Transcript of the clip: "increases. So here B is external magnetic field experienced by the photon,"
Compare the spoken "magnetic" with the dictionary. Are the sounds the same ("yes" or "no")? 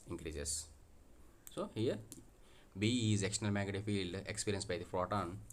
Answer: no